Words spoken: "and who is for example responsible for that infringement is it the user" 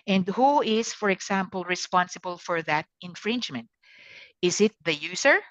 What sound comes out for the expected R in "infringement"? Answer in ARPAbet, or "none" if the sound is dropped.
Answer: R